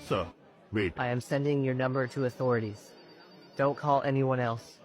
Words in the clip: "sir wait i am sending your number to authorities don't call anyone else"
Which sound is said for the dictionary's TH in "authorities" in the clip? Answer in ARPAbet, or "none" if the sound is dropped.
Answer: TH